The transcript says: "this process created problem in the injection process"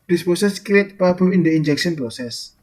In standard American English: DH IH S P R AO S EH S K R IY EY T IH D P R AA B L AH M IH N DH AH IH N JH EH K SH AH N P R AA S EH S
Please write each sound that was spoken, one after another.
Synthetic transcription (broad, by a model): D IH S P AO S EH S K IY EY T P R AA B AH IH N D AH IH N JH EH K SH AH N P R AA S EH S